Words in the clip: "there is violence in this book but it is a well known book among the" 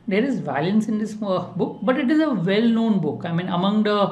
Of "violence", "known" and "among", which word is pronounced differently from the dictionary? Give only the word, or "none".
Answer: none